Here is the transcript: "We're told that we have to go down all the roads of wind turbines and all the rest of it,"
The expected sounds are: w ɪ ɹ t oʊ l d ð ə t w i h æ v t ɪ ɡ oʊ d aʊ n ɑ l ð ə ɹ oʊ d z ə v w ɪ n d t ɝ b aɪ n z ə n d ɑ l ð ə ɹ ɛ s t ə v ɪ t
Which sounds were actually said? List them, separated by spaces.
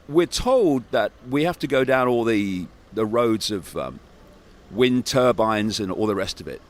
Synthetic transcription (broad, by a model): w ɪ ɹ t oʊ l d ð ə t w i h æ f t ɪ ɡ oʊ d aʊ n ɑ l ð ə ɹ oʊ d z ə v w ɪ n t ɝ b aɪ n z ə n ɑ l ð ə ɹ ɛ s t ə v ɪ t